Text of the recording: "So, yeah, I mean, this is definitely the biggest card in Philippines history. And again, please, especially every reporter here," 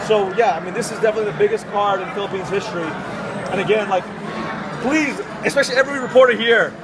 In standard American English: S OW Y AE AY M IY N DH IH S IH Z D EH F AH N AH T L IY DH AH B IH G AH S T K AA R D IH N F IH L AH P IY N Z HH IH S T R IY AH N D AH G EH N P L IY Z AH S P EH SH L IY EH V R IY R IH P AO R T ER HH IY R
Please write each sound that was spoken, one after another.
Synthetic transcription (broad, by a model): S OW Y AE AY M IY N DH IH S IH Z D EH F AH N AH T L IY DH AH B IH G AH S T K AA R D IH N F IH L AH P IY N Z HH IH S T R IY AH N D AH G EH N P L IY Z AH S P EH SH L IY EH V R IY R IH P AO R T ER HH IY R